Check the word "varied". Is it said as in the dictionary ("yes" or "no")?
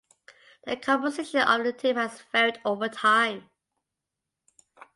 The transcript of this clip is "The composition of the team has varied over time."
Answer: no